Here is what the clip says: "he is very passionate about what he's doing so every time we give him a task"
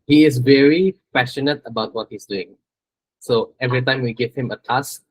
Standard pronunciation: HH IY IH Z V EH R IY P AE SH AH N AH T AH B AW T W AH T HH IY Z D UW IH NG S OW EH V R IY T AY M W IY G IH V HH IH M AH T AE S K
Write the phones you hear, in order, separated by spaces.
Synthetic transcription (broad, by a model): HH IY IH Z V EH R IY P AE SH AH N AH T AH B AW T W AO T HH IY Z D UW IH NG S OW EH V R IY T AY M W IY G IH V HH IH M AH T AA S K